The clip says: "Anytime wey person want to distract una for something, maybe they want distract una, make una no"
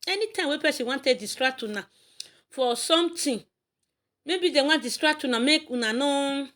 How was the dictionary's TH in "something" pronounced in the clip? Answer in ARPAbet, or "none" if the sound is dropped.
T